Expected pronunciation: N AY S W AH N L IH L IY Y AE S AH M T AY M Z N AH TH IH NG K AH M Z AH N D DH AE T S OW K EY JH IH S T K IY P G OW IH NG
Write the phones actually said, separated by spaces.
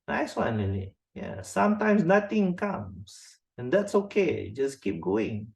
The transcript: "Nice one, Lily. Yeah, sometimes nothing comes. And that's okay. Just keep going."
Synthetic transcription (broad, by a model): N AY S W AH N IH N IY Y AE S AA M T AY M S N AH T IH NG K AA M S AH N D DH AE T S OW K EY JH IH S K IY P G OW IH NG